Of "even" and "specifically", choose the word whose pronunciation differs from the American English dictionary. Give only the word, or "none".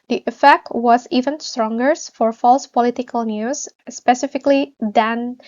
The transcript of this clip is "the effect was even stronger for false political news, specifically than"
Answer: none